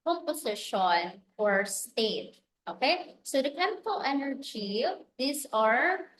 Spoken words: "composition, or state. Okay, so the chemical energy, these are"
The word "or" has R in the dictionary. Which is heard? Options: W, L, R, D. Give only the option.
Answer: R